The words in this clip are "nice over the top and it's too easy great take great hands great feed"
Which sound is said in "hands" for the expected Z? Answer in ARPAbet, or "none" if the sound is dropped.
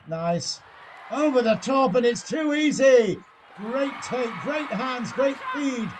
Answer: Z